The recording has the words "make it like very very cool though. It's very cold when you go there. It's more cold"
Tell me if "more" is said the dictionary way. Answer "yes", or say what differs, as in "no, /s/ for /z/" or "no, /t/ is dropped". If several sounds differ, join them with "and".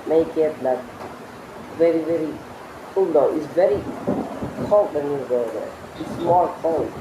no, /l/ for /ɹ/